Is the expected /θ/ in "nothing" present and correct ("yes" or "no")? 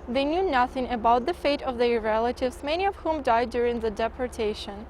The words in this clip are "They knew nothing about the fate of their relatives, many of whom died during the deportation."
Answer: yes